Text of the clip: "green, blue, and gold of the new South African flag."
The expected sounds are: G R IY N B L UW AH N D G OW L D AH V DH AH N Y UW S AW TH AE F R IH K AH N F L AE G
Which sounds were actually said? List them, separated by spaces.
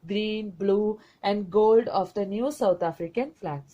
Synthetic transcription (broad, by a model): G R IY N B L UW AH N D G OW L D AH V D AH N Y UW S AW T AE F R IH K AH N F L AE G